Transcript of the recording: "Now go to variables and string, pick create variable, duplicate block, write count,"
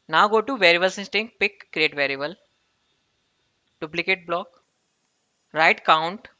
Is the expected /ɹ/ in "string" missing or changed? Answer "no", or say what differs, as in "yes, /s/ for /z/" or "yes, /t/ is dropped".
yes, /ɹ/ is dropped